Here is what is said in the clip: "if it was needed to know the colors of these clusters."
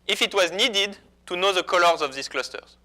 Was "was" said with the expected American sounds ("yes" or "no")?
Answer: yes